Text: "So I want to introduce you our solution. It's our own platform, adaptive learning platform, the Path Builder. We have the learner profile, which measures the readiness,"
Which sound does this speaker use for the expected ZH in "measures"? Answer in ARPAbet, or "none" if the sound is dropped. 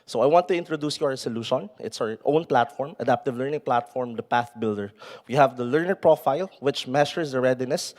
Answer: SH